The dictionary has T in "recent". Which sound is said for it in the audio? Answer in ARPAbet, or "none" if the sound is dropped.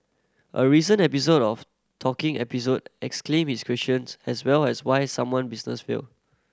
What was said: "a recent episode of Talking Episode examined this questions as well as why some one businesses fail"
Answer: none